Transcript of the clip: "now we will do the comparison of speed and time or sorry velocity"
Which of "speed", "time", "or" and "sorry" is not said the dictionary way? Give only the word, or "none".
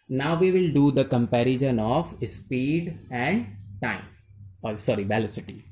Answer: or